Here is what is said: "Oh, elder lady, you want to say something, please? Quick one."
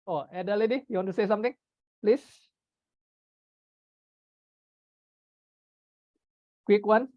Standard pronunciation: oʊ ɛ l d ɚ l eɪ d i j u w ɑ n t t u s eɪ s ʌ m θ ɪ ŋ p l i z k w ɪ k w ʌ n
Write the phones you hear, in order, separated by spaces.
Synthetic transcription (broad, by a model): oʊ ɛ d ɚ l eɪ d i j u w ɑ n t t u s eɪ s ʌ m t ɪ ŋ p l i s k w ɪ k w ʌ n